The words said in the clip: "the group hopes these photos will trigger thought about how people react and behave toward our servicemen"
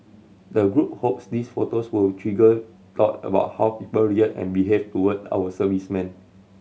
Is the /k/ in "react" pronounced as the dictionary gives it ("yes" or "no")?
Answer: no